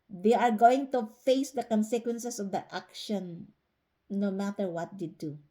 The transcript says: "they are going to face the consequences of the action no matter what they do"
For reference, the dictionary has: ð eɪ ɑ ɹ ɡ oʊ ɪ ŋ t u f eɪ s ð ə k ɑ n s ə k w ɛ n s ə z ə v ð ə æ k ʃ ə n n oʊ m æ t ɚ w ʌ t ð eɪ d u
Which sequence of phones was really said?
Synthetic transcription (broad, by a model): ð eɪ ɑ ɹ ɡ oʊ ɪ ŋ t u f eɪ s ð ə k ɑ n s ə k w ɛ n s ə s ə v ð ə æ k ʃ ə n n oʊ m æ t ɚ w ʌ t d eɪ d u